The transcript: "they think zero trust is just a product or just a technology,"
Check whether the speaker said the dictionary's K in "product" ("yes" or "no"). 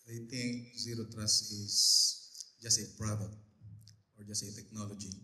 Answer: no